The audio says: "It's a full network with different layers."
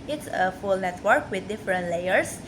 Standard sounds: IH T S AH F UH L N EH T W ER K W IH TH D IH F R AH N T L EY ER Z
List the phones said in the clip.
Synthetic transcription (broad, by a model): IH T S AH F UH L N EH T W ER K W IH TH D IH F R AH N T L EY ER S